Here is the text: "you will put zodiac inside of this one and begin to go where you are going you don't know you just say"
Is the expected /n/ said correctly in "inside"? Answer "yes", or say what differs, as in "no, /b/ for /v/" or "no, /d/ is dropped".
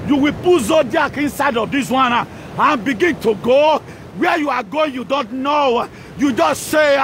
yes